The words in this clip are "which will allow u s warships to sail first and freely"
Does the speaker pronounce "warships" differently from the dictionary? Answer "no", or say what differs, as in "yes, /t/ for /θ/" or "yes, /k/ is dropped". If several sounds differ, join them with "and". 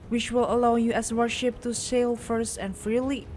yes, /s/ is dropped